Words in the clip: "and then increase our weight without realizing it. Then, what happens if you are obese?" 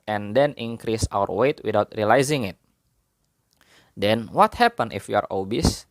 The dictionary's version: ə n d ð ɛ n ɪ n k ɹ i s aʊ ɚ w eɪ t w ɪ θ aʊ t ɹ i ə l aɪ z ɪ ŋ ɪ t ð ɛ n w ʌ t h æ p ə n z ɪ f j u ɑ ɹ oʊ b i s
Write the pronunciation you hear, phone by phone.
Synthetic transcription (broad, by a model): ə n d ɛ n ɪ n k ɹ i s aʊ ɚ w eɪ t w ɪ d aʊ t ɹ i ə l aɪ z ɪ ŋ ɪ t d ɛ n w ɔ t h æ p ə n ɪ f j u ɑ ɹ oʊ b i s